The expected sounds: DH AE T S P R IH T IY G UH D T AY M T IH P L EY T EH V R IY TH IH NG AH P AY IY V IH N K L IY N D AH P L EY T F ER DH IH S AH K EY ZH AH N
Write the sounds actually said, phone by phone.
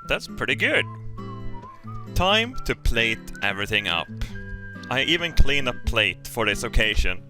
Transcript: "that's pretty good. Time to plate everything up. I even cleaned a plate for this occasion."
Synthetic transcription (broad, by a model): DH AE T S P R IH T IY G UH D T AY M T IH P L EY T EH V R IY TH IH NG AH P AY IY V IH N K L IY N AH P L EY T F ER DH IH S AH K EY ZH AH N